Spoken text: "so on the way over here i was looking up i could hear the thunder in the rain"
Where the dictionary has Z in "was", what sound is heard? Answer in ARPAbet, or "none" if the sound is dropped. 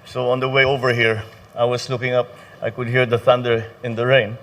S